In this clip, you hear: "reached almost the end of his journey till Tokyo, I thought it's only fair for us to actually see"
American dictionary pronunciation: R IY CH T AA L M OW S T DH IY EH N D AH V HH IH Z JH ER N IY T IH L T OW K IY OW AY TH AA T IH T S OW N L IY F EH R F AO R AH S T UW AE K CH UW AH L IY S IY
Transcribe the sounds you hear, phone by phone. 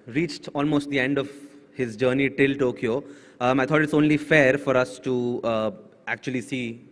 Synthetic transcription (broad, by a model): R IY CH T AA L M OW S T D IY EH N D AH V HH IH Z JH ER N IY T IH L T OW K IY OW AY T AA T IH T S OW N L IY F EH R F AO R AH S T UW AE K CH UW AH L IY S IY